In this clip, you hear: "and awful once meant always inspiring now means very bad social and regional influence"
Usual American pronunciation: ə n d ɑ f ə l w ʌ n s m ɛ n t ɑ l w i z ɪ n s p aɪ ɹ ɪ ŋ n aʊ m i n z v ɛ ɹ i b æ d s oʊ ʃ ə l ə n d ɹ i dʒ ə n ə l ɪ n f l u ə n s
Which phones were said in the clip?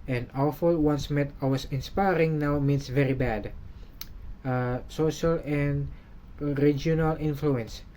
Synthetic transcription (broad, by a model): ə n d ɑ f ə l w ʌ n s m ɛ t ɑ w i s ɪ n s p aɪ ɹ ɪ ŋ n aʊ m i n s v ɛ ɹ i b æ d s oʊ ʃ ə l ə n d ɹ i dʒ ə n ə l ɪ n f l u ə n s